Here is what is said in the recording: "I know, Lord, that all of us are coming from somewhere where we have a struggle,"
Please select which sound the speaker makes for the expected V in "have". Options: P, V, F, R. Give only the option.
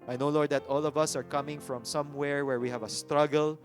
V